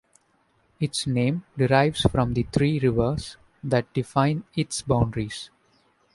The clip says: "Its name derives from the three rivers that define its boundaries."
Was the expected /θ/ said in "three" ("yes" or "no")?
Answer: no